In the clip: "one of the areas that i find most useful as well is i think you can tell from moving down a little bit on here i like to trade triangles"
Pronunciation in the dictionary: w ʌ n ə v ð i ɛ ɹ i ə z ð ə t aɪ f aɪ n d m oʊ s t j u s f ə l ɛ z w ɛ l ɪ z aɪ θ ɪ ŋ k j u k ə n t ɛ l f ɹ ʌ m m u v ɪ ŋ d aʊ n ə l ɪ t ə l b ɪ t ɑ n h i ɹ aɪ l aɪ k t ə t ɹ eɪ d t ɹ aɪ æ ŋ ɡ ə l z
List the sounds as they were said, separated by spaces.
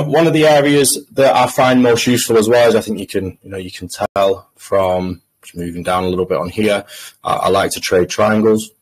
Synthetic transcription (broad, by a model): w ʌ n ə v ð i ɛ ɹ i ə z ð ə t aɪ f aɪ n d m oʊ s t j u s f ə l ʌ z w ɛ l ɪ z aɪ θ ɪ ŋ k j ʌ k ə n t ɛ l f ɹ ʌ m m u v ɪ ŋ d aʊ n ə l ɪ t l b ɪ t n h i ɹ aɪ l aɪ k t ə t ɹ eɪ d t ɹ aɪ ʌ ŋ ɡ ə l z